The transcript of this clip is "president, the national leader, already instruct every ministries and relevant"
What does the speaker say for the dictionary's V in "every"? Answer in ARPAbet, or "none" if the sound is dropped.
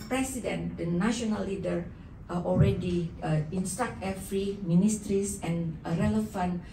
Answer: F